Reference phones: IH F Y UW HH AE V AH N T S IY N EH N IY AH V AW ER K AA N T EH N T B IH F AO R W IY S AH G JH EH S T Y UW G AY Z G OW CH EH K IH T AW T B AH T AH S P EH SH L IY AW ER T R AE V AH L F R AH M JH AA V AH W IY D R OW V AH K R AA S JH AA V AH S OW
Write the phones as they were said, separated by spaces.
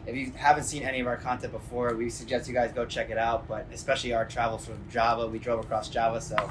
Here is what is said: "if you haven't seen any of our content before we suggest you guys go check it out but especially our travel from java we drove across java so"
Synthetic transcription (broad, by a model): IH F Y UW HH AE V AH N T S IY N EH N IY AH V AW ER K AA N T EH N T B IH F AO R W IY S AH G JH EH S T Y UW G AY Z G OW CH EH K IH T AW T B AH T AH S P EH SH L IY AW ER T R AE V L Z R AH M JH AA V AH W IY D R OW V AH K R AA S JH AA V AH S OW